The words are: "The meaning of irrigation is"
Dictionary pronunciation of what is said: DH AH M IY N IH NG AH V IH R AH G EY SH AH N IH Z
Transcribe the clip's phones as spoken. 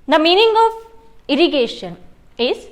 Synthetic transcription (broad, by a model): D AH M IY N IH NG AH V IH R AH G EY SH AH N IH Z